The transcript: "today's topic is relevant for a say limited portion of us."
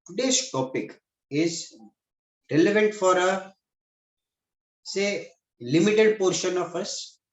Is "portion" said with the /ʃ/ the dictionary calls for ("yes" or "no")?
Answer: yes